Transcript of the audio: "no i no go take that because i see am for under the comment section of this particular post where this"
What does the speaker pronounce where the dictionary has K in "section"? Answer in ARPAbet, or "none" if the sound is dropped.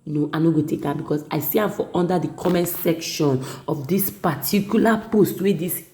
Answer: K